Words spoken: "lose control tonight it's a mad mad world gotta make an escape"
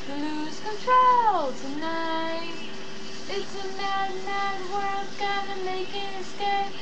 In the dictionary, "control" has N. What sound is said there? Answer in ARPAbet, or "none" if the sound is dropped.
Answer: N